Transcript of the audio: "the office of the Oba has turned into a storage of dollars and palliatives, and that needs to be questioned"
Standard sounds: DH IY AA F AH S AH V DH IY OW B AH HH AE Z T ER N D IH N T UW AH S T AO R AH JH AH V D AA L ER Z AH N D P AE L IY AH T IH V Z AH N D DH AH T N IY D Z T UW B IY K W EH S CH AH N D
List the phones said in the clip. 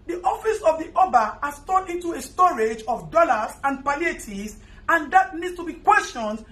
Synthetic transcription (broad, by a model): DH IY AA F AH S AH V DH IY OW B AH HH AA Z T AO D IH N T UW AH S T AO R AH JH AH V D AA L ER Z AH N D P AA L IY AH T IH Z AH N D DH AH T N IY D S T UW B IY K W EH S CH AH N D